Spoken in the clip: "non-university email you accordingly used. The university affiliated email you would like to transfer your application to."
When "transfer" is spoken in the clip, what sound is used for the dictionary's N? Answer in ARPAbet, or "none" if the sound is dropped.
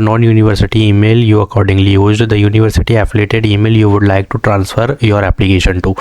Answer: N